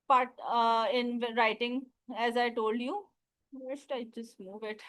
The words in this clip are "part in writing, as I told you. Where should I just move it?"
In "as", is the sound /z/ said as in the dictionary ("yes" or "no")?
yes